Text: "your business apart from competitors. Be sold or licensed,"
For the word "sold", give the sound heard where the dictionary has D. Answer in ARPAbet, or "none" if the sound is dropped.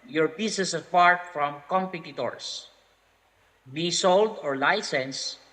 D